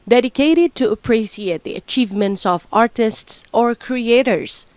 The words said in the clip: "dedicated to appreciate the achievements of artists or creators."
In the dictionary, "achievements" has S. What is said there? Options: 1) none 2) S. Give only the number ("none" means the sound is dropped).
2